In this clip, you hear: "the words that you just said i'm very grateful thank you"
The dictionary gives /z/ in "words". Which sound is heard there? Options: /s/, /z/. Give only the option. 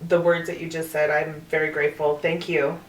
/z/